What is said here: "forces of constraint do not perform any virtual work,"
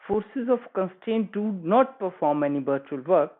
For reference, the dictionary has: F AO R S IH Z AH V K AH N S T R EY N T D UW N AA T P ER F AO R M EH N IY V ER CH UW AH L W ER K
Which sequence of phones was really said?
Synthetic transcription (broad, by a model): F AO R S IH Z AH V K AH N S T EY N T D UW N AA T P ER F AO R M EH N IY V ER CH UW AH L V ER K